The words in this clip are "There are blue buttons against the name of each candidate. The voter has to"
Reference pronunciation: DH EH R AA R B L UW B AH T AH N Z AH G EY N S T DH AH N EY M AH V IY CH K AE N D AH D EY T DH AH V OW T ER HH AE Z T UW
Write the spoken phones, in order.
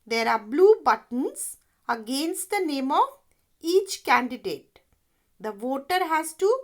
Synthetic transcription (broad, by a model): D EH R AA R B L UW B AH T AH N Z AH G EY N S T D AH N EY M AH V IY CH K AE N D AH D EY T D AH V OW T ER HH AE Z T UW